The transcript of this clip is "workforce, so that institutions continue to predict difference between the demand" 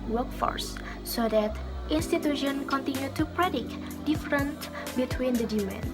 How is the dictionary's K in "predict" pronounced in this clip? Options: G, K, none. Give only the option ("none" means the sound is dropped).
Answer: K